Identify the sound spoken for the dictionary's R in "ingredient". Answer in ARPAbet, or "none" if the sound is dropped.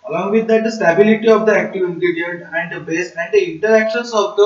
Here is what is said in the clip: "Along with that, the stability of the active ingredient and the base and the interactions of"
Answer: none